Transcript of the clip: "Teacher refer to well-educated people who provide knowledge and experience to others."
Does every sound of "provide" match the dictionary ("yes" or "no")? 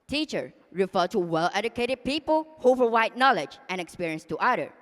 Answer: no